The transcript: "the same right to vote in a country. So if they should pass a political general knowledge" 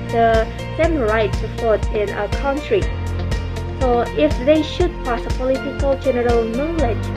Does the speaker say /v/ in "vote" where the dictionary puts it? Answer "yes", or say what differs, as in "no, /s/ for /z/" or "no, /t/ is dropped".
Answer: no, /p/ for /v/